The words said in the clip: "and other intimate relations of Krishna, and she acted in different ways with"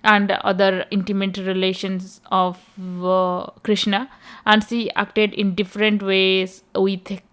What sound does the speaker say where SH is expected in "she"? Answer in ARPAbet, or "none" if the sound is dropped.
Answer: S